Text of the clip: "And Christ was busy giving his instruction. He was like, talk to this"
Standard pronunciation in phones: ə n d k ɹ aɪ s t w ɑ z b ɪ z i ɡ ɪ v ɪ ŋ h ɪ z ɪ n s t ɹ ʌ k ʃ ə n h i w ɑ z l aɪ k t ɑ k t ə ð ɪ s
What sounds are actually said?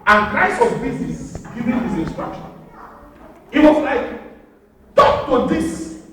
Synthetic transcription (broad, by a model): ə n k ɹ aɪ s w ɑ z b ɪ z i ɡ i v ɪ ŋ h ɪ s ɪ n s t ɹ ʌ k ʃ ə n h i w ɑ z l aɪ k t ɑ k t ə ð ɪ s